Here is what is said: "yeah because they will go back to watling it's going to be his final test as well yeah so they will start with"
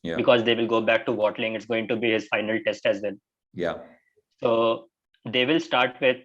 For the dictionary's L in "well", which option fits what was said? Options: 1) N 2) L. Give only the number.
1